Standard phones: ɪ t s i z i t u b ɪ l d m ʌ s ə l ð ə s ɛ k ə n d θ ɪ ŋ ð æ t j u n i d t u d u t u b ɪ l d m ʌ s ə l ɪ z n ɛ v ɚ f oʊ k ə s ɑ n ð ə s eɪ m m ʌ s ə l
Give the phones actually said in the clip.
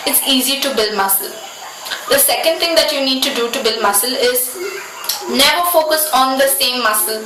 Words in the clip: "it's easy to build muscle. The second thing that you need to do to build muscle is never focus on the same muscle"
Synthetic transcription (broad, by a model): ɪ t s i z i t u b ɪ l d m ʌ s ə l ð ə s ɛ k ə n d t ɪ ŋ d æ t j u n i d t u d u t u b ɪ l d m ʌ s ə l ɪ z n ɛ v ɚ f oʊ k ə s ɑ n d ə s eɪ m m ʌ s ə l